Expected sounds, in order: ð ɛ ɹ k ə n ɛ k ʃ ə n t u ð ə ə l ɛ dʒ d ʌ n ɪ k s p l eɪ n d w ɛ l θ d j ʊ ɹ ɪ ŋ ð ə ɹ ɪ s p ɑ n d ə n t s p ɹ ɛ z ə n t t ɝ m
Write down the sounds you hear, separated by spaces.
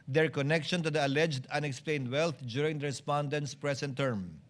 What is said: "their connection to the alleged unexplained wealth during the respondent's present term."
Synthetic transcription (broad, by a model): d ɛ ɹ k ə n ɛ k ʃ ə n t u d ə ə l ɛ dʒ d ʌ n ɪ k s p l eɪ n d w ɛ l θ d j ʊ ɹ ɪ ŋ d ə ɹ ɪ s p ɑ n d ə n t s p ɹ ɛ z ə n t t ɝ m